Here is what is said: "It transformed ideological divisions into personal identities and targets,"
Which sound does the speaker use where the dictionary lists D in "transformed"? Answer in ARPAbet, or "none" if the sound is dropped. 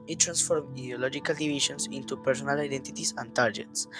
none